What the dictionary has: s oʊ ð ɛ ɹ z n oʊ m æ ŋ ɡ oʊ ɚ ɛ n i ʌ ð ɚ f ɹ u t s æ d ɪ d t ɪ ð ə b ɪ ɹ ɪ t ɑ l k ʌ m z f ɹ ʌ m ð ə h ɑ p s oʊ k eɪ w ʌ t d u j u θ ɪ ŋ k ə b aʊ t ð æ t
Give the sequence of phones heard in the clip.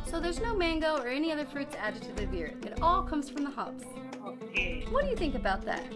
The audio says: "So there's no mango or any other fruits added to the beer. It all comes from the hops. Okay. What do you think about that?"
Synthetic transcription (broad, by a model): s oʊ ð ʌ ɹ z n oʊ m æ ŋ ɡ oʊ ɚ ɛ n i ʌ ð ɚ f ɹ u t s æ d ɪ d t ɪ ð ə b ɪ ɹ ɪ t ɑ l k ʌ m z f ɹ ʌ m ð ə h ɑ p s oʊ k eɪ w ʌ t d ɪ j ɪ θ ɪ ŋ k ə b aʊ t ð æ t